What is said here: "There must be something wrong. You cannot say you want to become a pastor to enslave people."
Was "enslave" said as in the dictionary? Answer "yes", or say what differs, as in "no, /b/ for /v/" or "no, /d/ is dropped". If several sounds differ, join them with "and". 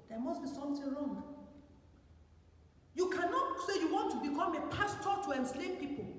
no, /p/ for /v/